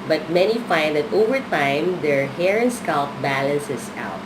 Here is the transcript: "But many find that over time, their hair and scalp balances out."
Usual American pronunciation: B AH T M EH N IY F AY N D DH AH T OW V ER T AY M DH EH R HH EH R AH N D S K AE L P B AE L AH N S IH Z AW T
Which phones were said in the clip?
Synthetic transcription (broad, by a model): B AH T M EH N IY F AY N D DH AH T OW V ER T AY M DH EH R HH EH R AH N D S K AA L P B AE L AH N S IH S AW T